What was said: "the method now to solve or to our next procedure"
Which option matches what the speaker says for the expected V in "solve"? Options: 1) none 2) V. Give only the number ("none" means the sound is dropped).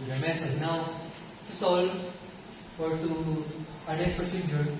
1